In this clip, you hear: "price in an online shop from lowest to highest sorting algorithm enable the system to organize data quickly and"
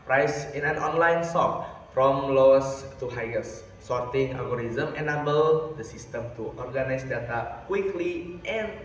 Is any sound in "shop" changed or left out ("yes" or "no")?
yes